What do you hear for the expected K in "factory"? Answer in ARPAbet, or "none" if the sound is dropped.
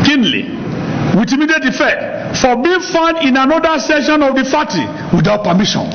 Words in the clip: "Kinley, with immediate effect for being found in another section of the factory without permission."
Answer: none